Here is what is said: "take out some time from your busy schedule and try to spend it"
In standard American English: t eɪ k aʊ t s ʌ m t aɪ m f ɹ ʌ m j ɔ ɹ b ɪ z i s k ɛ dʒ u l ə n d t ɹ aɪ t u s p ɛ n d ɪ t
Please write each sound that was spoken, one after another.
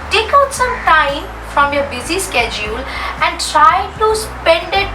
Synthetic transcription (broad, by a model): t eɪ k aʊ t s ʌ m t aɪ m f ɹ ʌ m j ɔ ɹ b ɪ z i s k ɛ dʒ u l ə n d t ɹ aɪ t u s p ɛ n d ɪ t